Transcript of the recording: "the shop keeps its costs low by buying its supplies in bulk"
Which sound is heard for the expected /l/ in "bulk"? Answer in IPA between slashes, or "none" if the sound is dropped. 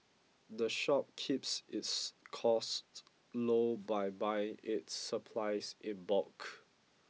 none